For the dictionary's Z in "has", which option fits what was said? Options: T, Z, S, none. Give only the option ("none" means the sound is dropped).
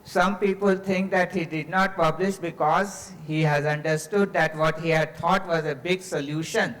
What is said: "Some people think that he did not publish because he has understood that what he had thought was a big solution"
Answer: Z